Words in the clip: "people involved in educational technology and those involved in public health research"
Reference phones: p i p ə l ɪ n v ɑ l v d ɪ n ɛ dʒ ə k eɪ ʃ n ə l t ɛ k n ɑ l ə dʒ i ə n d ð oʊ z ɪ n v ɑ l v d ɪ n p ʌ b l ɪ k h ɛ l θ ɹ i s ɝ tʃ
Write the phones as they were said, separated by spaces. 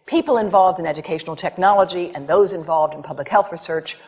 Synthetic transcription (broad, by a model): p i p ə l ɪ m v ɑ l v d ɪ n ɛ dʒ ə k eɪ ʃ n l t ɛ k n ɑ l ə dʒ i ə n ð oʊ z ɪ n v ɑ l v d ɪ n p ʌ b l ɪ k h ɛ l θ ɹ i s ɝ tʃ